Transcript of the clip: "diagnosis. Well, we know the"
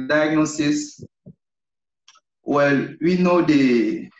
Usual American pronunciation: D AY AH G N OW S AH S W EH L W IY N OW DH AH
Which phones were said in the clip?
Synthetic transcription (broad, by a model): D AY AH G N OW S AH S W EH L W IY N OW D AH